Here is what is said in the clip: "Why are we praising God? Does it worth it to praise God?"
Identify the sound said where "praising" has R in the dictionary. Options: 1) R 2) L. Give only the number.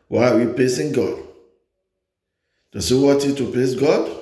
2